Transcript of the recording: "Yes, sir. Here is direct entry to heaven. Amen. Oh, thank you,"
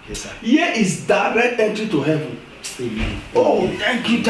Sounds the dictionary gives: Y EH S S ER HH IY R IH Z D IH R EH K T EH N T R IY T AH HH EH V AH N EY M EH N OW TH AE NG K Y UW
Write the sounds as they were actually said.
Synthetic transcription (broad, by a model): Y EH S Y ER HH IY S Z D IH R EH K T EH N T R IY T AH HH EH V AH N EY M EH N OW T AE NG K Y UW